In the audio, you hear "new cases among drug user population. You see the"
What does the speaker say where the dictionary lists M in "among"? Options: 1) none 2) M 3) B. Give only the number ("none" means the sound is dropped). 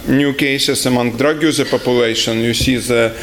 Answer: 2